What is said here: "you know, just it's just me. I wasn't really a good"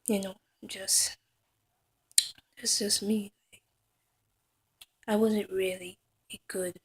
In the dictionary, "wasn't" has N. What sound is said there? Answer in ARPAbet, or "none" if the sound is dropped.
N